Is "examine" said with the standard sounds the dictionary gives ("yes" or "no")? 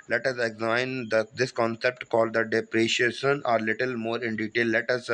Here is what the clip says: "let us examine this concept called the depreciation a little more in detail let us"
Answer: no